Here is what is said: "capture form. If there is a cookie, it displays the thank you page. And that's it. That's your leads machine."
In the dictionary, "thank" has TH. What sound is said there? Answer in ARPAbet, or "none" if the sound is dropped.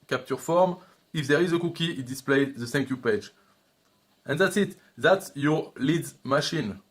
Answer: S